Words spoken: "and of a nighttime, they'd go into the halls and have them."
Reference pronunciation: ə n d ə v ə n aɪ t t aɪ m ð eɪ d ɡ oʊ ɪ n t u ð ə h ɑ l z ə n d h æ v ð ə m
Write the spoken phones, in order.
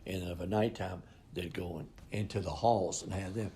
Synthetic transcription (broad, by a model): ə n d ə v ə n aɪ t t aɪ m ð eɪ d ɡ oʊ ɪ n t u ð ə h ɑ l z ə n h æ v ð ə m